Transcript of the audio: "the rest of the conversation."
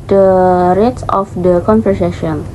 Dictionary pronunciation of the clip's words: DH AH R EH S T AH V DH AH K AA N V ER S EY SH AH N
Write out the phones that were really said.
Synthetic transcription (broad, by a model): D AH R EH T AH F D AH K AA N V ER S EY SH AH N